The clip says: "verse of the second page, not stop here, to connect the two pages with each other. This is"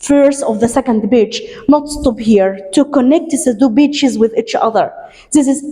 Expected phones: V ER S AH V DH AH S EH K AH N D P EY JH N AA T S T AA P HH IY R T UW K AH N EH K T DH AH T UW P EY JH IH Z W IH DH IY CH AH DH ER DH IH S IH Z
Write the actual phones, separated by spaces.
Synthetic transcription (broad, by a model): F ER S AH V DH AH S EH K AH N D B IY CH N AA T S T AA P HH IY R T UW K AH N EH K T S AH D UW B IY CH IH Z W IH DH IY CH AH DH ER DH IH S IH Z